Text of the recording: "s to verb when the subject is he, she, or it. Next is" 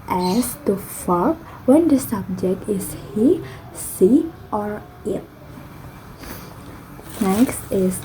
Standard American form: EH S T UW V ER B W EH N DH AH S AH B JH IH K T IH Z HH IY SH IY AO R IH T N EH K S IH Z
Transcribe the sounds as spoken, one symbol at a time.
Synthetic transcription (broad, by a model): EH S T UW F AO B W EH N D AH S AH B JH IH K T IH S HH IY S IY AO R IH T N EH K S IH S